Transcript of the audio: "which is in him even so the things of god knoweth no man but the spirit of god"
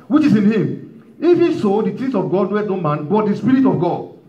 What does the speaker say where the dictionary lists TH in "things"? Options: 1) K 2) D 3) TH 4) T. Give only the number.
4